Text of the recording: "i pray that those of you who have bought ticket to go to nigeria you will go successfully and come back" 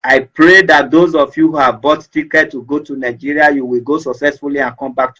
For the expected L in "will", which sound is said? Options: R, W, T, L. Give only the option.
L